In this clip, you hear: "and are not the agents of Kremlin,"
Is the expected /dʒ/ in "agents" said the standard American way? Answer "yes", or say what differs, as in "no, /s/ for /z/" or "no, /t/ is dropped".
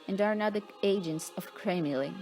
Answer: yes